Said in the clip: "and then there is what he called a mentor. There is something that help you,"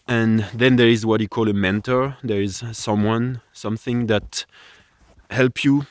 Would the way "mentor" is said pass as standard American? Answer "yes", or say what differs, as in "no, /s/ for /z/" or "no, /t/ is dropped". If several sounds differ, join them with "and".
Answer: yes